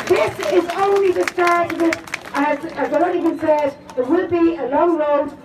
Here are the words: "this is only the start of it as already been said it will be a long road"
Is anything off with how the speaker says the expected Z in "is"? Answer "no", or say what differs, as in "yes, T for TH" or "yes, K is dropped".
no